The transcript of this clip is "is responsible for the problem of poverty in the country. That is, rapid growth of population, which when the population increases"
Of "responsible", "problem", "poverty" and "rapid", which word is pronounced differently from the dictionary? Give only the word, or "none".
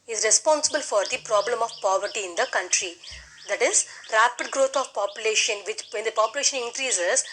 none